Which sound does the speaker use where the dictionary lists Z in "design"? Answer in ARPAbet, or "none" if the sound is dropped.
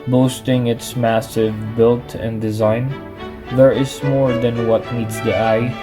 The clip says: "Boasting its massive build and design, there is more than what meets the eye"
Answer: Z